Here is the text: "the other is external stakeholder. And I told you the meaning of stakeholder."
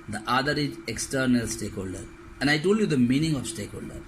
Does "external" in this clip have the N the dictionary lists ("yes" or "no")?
yes